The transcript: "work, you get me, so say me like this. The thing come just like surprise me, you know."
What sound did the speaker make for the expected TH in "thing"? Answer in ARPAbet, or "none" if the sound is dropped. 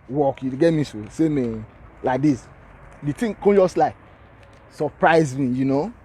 T